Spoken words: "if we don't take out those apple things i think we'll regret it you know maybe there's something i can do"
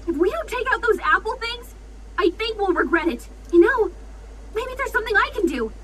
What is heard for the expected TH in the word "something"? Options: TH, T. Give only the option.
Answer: TH